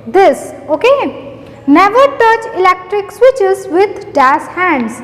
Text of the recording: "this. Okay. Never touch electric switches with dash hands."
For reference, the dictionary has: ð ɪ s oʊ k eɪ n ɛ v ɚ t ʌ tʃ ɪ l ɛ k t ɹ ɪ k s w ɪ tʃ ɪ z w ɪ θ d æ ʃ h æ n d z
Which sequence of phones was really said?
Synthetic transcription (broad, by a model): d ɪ s oʊ k eɪ n ɛ v ɚ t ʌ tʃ ɪ l ɛ k t ɹ ɪ k s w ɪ tʃ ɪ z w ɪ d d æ s h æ n d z